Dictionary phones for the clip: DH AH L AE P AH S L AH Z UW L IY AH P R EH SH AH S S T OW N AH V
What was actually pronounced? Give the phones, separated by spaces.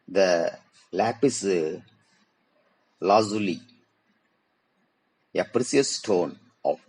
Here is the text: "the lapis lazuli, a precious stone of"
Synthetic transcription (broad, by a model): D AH L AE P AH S L AH Z UW L IY AH P R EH S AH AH S T OW N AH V